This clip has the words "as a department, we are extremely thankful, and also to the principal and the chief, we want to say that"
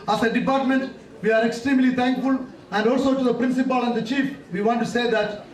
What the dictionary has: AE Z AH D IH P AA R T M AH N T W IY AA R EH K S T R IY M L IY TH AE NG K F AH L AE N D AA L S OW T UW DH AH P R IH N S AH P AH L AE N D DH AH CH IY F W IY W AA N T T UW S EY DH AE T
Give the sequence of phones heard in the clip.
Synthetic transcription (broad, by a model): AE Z AH D IH P AA R T M AH N T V IY AA R EH K S T R IY M L IY T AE NG K F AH L AE N D AA L S OW T UW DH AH P R IH N S AH P AH L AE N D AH CH IY F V IY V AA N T T UW S EY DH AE T